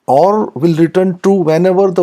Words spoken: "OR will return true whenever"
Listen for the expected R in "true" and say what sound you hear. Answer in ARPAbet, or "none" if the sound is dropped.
none